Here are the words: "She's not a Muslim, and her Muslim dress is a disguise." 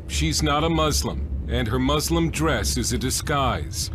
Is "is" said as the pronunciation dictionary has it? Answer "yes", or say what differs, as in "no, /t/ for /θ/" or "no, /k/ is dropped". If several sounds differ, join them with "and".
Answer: yes